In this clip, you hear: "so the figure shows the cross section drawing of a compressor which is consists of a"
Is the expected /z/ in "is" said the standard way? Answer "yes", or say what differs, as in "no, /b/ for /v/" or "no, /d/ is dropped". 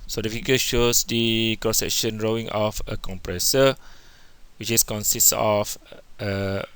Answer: no, /s/ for /z/